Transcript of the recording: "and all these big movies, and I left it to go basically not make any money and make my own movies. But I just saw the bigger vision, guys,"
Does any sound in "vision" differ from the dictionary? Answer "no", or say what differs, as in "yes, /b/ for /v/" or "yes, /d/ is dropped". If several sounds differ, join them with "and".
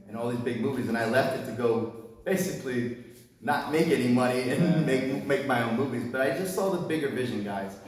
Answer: no